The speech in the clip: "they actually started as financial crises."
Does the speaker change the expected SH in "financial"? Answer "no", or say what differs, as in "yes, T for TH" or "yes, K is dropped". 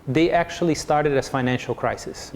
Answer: no